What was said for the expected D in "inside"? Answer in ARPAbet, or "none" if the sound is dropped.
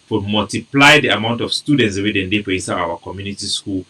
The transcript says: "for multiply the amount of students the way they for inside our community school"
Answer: none